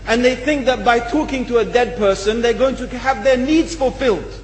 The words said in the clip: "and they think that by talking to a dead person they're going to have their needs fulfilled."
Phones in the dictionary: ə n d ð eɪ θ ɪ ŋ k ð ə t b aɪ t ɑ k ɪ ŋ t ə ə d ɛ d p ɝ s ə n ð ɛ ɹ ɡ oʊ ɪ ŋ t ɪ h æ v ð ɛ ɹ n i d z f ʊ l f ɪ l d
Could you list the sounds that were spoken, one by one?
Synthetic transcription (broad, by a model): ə n ð eɪ θ ɪ ŋ k ð ə t b aɪ t ɑ k ɪ ŋ t ə ə d ɛ d p ɝ s ə n ð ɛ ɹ ɡ oʊ ɪ ŋ t ɪ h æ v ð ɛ ɹ n i d z f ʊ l f ɪ l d